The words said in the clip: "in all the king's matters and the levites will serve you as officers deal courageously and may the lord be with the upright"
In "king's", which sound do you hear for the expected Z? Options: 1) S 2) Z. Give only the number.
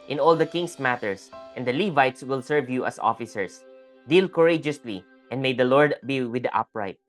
1